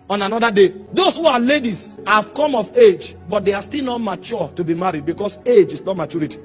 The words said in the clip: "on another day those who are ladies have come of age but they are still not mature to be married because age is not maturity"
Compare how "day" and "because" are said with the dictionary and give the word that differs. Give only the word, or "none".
because